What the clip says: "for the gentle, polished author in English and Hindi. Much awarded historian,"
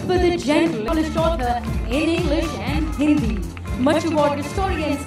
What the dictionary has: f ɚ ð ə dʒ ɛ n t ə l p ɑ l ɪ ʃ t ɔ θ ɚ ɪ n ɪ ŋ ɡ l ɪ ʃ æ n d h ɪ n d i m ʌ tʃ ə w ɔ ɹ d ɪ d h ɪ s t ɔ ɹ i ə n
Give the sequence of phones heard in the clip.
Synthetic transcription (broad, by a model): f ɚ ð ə dʒ ɛ n t ə l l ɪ s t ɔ t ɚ ɪ n ɪ ŋ ɡ l ɪ ʃ æ n d h ɪ n d i m ʌ tʃ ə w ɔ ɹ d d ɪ s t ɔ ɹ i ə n